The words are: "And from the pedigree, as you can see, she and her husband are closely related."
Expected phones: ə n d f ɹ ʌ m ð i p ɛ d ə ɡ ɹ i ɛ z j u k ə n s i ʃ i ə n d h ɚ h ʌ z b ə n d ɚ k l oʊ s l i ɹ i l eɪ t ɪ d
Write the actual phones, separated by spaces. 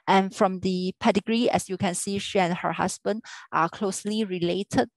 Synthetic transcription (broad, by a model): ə n f ɹ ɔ m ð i p ɛ d ə ɡ ɹ i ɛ s j u k ə n s i ʃ i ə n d h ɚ h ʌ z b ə n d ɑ k l oʊ s l i ɹ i l eɪ t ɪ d